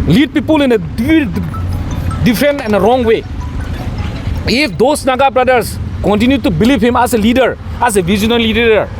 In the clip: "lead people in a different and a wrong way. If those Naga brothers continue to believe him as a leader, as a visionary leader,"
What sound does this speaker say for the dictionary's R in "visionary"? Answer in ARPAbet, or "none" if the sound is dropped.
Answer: L